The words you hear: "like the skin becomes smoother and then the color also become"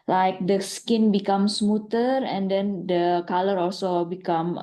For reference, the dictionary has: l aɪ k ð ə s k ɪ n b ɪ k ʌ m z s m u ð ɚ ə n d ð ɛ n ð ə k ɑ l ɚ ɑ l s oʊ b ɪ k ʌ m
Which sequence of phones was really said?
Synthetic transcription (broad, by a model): l aɪ k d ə s k ɪ n b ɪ k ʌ m s m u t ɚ ə n d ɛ n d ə k ɑ l ɚ ɑ l s oʊ b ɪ k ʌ m